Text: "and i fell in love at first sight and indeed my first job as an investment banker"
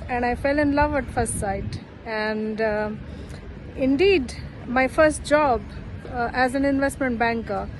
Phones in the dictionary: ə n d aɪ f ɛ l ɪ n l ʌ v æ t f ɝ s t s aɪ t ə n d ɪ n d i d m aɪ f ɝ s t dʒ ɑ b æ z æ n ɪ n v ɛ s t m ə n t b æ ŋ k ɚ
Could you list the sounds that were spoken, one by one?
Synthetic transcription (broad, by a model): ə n d aɪ f ɛ l ɪ n l ʌ v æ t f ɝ s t s aɪ t ə n d ɪ n d i d m aɪ f ɝ s t dʒ ɑ b æ z æ n ɪ n v ɛ s t m ə n t b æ ŋ k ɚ